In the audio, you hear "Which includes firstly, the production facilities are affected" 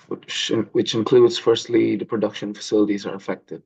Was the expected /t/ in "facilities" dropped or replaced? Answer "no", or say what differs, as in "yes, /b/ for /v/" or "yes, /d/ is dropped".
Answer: no